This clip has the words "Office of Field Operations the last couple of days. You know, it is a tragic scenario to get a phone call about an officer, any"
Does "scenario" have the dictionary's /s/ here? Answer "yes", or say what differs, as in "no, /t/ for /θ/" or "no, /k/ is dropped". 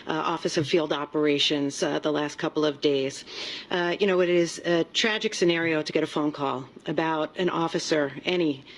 yes